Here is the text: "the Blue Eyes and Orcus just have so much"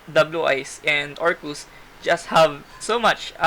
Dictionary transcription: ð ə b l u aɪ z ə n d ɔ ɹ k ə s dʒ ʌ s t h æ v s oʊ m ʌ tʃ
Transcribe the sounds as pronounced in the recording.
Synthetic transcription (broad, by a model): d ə b l u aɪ s ə n d ɔ ɹ k ə s dʒ ʌ s t h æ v s oʊ m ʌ tʃ